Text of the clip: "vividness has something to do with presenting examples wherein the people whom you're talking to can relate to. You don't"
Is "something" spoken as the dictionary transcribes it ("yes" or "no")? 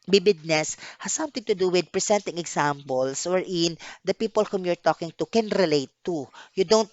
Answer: no